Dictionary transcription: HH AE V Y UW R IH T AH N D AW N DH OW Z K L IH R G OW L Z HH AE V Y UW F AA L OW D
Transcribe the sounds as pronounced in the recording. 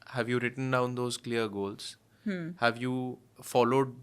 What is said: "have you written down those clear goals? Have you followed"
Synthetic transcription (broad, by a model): HH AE V Y UW R IH T AH N D AW N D OW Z K L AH R G OW L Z HH AE V Y UW F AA L OW D